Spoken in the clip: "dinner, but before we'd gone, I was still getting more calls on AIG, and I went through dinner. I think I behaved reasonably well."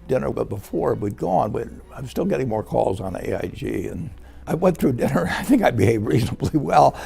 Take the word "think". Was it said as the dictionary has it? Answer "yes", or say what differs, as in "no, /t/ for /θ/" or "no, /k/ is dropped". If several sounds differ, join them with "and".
yes